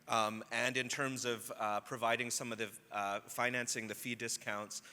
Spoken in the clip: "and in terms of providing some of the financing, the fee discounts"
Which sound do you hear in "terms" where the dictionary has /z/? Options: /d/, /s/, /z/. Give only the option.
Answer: /z/